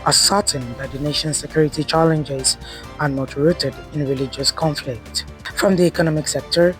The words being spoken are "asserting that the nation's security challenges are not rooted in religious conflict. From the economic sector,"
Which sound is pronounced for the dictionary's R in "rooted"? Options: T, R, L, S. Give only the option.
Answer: R